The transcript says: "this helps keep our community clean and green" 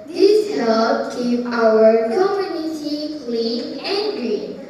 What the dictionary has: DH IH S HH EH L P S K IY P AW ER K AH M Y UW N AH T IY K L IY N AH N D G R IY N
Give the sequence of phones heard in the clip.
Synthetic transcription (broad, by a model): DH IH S HH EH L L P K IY AW ER K AH M Y UW N AH T IY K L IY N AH N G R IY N